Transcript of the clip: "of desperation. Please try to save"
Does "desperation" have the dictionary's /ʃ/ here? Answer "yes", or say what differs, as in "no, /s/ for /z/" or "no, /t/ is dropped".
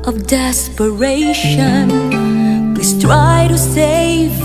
yes